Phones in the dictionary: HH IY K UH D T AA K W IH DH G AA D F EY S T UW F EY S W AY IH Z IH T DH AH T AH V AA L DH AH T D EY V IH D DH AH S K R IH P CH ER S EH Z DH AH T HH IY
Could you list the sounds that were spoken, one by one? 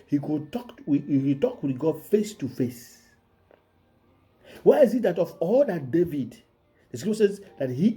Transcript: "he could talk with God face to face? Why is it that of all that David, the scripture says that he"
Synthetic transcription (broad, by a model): HH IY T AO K T AA K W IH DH G AA D F EY S T UW F EY S W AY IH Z IH T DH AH T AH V AA L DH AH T D EY V IH D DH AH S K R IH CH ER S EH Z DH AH T HH IY